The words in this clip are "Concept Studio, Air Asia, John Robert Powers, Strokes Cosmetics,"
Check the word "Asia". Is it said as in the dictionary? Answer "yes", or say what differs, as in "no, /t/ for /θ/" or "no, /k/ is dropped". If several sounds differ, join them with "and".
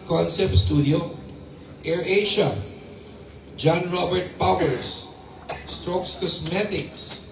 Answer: no, /ʃ/ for /ʒ/